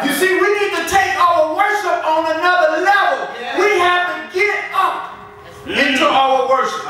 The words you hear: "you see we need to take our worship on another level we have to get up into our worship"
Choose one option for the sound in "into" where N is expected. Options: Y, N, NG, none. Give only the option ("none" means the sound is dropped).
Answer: none